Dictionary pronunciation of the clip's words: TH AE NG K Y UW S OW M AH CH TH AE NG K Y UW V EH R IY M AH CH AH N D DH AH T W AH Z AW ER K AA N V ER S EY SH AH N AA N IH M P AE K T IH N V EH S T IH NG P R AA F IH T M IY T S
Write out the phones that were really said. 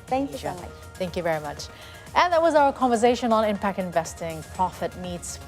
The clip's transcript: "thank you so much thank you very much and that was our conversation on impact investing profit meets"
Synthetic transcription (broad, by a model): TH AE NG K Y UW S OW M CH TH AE NG K Y UW V EH R IY M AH CH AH N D DH AH T W AH Z AW ER K AA N V ER S EY SH AH N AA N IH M P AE K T IH N V EH S T IH NG P R AA F IH T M IY T S